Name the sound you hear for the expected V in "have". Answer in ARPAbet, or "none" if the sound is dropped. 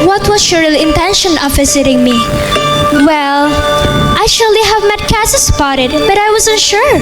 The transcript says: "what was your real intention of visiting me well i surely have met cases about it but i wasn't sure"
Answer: V